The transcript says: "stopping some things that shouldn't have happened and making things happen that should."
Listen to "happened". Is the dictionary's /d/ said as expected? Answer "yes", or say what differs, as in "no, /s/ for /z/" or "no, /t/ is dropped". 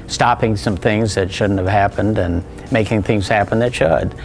yes